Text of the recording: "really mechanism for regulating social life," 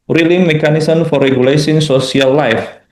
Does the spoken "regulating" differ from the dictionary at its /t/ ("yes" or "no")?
yes